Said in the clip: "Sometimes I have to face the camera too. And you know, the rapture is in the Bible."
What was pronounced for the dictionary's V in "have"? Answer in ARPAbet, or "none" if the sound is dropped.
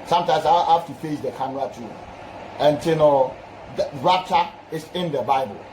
F